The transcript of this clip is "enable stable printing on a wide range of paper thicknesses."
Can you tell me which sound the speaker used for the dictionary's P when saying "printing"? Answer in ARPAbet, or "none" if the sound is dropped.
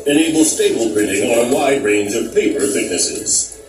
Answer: B